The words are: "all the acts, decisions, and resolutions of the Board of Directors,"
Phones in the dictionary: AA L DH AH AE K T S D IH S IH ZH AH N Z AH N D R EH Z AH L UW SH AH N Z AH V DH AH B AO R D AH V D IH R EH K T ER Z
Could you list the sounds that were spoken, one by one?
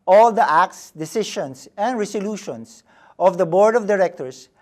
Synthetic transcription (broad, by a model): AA L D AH AE K T S D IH S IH SH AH N S AH N D R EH S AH L UW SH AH N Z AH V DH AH B AO R D AH V D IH R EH K T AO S